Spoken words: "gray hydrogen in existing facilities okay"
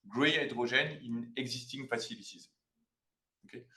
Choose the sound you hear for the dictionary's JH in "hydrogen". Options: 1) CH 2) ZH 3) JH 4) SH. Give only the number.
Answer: 2